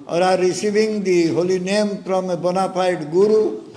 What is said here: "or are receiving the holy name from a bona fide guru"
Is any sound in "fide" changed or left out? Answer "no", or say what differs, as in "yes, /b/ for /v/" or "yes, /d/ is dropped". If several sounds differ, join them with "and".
yes, /p/ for /f/